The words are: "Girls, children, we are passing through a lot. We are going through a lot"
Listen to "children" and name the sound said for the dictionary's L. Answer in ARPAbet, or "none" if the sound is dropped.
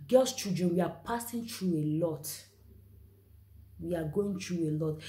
none